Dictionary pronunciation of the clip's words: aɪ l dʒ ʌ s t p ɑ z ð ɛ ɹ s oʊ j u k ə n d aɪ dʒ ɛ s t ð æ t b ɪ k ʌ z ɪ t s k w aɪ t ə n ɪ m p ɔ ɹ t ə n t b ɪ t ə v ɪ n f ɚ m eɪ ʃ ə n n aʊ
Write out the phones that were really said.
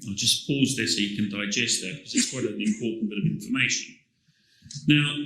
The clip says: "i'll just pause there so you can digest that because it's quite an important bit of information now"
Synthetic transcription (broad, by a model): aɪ dʒ ʌ s p ɑ z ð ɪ s oʊ j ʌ k ə n d aɪ dʒ ɛ s t ð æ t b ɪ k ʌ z ɪ t s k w aɪ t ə l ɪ m p ɔ t n b ɪ t ə v ɪ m f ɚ m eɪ ʃ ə n n aʊ